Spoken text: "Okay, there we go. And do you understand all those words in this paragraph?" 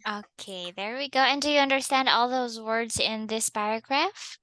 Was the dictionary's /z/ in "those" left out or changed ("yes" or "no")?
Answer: no